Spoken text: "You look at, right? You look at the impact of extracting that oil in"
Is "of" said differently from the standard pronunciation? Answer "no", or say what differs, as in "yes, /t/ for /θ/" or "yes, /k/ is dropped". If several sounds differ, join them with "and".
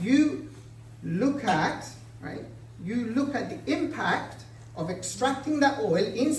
no